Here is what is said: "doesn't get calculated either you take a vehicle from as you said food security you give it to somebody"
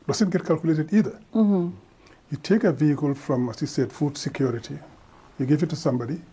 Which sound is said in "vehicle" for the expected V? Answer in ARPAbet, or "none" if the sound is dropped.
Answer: V